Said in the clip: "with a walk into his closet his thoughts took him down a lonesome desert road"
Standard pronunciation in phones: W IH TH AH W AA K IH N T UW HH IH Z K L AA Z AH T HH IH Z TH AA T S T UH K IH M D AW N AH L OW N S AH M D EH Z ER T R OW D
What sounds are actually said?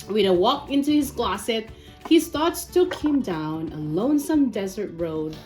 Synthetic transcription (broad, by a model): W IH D AH W AA K IH N T UW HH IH Z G L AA S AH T HH IH Z TH AA T S T UH K IH M D AW N AH L OW N S AH M D EH Z ER T R OW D